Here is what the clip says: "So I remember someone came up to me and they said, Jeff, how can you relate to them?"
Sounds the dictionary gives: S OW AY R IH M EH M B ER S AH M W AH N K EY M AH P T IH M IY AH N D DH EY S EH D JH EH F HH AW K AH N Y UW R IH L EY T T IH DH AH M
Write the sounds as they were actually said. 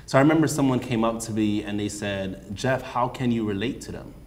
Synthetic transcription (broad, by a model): S OW AY R IH M EH M B ER S AH M W AH N K EY M AH P T IH M IY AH N DH EY S EH D JH EH F HH AW K AH N Y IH R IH L EY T T IH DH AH M